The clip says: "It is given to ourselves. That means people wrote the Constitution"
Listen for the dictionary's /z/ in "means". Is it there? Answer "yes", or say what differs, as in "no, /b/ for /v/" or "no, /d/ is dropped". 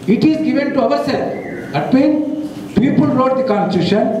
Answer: no, /z/ is dropped